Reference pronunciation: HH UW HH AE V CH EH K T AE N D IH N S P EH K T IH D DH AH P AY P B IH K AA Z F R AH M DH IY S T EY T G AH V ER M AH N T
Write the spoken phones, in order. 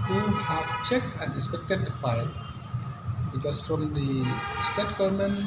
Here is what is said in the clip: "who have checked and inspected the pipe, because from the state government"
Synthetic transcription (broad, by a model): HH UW HH AE V CH EH K T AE N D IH S P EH K T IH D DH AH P AY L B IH K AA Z F R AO M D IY S T EY T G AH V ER M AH N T